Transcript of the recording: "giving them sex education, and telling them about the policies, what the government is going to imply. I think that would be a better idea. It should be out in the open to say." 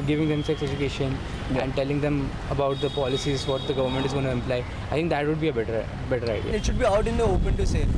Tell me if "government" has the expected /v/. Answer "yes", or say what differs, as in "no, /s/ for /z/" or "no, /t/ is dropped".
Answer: yes